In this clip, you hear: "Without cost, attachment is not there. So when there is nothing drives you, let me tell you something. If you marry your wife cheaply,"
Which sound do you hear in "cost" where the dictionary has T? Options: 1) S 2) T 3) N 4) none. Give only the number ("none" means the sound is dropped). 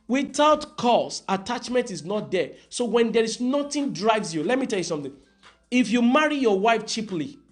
4